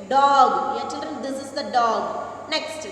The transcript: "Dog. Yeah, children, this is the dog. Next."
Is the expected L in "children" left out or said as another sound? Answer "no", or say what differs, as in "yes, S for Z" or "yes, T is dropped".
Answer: no